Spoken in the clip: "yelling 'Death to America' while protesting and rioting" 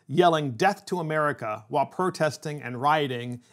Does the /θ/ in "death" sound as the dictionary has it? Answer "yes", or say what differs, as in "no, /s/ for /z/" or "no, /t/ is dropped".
yes